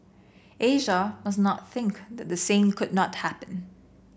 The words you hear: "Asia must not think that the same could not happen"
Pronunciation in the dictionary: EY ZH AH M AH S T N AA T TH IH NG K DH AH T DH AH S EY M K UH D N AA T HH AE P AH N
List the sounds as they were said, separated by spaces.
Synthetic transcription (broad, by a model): EY ZH AH M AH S N AA T TH IH NG K DH AH T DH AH S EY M K UH D N AA T HH AE P AH N